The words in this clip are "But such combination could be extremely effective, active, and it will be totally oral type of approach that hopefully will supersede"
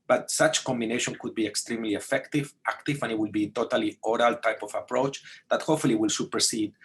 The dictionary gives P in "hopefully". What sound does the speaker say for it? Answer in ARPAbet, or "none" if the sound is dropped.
none